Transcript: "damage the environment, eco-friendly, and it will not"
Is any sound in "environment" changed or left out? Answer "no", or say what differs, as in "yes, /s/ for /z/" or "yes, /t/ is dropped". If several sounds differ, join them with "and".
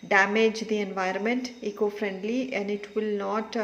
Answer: no